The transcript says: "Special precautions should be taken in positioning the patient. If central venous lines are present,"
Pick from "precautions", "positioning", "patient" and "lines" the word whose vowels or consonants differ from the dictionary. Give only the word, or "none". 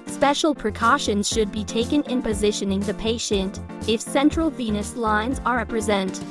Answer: none